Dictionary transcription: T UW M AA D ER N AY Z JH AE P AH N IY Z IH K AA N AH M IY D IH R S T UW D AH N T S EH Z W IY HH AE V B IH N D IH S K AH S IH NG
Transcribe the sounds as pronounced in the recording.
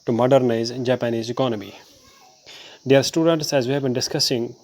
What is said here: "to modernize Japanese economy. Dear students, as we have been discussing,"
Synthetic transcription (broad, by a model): T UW M AA D ER N AY Z JH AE P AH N IY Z IH K AA N AH M IY D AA R S T UW D AH N T S EH Z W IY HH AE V B IH N D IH S K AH S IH NG